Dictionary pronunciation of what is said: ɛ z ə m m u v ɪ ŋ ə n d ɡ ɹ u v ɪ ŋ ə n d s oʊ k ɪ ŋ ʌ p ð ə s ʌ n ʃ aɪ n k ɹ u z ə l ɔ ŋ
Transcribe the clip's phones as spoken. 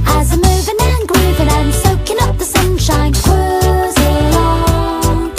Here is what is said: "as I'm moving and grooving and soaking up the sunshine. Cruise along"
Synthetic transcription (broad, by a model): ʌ z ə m m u v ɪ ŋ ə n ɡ ɹ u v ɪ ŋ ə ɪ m s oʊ k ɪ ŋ ʌ p ð ə s ʌ n ʃ aɪ n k w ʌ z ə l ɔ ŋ